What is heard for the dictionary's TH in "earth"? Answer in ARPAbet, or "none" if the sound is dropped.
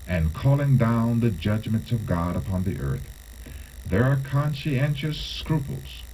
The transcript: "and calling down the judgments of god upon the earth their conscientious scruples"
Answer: TH